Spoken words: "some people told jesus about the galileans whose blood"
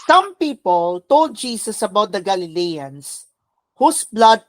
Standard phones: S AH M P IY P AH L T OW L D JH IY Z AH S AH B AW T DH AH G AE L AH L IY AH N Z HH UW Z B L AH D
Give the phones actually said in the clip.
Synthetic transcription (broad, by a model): S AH M P IY P AH L T OW L D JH IY S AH S AH B AW T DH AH G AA L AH L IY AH N S HH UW S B L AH D